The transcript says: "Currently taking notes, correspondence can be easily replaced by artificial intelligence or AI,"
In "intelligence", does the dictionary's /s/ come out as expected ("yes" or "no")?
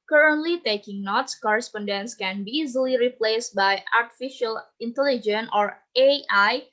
no